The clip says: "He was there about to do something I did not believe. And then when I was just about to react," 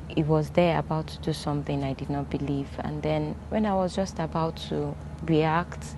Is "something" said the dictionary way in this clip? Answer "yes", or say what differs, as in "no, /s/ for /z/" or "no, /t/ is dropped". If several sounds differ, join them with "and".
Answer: yes